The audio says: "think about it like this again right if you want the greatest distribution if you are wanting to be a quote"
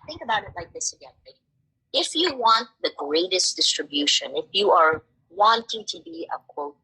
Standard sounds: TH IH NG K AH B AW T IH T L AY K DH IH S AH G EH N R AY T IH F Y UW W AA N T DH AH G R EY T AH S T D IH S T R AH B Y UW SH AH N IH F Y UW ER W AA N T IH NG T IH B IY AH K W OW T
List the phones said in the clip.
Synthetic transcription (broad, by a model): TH IH NG K AH B AW T IH T L AY K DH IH S AH G EH N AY IH F Y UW W AA N T DH AH G R EY T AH S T D IH S T R AH B Y UW SH AH N IH F Y UW ER W AA N T IH NG T IH B IY AH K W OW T